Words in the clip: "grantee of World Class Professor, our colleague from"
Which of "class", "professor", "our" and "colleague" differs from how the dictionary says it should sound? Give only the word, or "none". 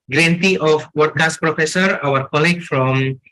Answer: class